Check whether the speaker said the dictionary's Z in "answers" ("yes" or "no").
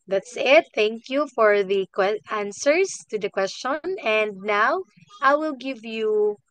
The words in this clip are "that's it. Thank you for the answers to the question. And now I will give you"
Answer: no